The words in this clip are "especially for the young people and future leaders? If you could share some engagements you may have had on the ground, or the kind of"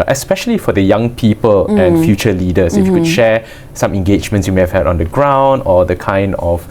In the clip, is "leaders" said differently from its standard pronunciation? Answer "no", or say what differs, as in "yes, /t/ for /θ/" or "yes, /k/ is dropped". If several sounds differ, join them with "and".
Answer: yes, /s/ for /z/